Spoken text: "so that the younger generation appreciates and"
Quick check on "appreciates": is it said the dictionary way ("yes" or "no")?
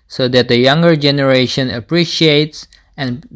yes